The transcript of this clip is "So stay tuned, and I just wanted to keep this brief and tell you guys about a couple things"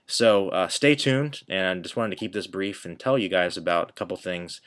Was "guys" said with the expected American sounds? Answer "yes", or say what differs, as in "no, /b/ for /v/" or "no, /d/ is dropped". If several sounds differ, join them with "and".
yes